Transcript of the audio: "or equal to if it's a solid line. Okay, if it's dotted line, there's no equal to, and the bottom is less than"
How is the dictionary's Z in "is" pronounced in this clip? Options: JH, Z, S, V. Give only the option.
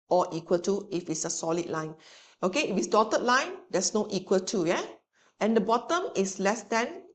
S